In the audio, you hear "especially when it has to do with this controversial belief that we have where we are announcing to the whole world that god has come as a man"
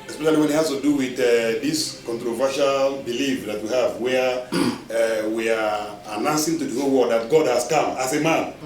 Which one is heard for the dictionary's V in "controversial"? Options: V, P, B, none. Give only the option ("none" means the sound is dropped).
V